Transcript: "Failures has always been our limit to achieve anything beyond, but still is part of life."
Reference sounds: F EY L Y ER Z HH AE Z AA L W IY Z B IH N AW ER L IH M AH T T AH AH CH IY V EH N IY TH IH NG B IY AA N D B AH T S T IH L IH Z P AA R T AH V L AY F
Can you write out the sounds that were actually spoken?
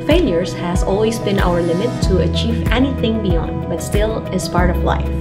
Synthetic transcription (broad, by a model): F EY L Y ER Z HH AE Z AA L W IY Z B IH N AW ER L IH M AH T T AH AH CH IY V EH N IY TH IH NG B IY AA N D B AH T S T IH L IH Z P AA R T AH V L AY F